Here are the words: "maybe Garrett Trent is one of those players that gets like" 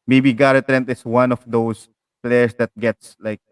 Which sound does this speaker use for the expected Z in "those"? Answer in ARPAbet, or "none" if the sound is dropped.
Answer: S